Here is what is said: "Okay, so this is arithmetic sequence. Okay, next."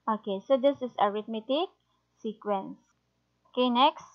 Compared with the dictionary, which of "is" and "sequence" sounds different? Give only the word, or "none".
is